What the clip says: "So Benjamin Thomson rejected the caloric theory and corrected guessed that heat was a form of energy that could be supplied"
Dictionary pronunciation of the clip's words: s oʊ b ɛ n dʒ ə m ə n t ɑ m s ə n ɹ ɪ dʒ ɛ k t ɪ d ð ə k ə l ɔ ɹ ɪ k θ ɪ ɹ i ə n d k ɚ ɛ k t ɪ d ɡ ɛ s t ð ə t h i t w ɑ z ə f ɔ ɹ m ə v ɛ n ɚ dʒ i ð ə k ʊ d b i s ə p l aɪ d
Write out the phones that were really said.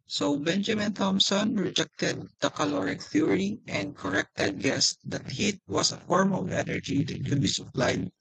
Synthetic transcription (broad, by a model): s oʊ b ɛ n dʒ ə m ə n t ɑ m s ə n ɹ ɪ dʒ ɛ k t ɪ d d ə k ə l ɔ ɹ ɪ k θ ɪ ɹ i ə n d k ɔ ɛ k t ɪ d ɡ ɛ s t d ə t h i t w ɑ s ə f ɔ ɹ m ə v ɛ n ɚ dʒ i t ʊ b i s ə p l aɪ d